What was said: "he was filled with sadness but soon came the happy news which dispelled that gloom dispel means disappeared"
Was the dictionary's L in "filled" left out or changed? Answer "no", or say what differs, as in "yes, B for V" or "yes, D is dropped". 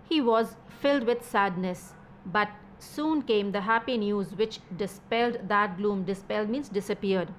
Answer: no